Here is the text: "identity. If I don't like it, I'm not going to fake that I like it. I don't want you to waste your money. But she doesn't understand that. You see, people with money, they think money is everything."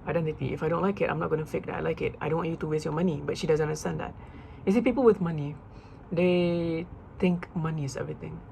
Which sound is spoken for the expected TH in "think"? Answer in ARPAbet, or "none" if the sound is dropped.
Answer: T